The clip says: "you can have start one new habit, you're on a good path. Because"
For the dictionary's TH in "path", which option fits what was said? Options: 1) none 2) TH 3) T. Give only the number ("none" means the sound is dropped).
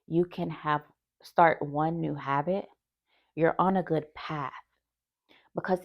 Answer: 2